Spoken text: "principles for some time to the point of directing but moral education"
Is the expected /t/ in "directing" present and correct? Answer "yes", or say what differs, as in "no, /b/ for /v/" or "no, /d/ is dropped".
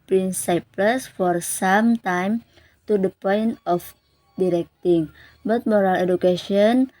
yes